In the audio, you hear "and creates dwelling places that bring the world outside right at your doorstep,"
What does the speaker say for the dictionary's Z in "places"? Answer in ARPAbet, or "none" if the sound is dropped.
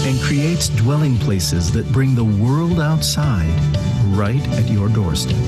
Z